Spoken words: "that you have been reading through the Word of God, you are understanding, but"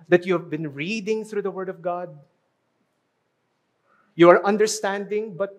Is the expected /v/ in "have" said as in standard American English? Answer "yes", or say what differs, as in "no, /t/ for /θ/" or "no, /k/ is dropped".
yes